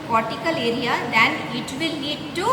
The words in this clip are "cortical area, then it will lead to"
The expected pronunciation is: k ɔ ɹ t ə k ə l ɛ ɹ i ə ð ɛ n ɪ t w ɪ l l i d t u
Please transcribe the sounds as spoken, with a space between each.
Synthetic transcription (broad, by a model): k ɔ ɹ t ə k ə l ɛ ɹ i ə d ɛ n ɪ t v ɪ l n i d t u